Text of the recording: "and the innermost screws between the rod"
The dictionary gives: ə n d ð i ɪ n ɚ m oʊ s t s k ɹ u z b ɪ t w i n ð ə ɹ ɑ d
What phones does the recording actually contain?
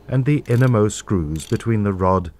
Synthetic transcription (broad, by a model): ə n ð i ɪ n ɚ m oʊ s s k ɹ u z b ɪ t w i n ð ə ɹ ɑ d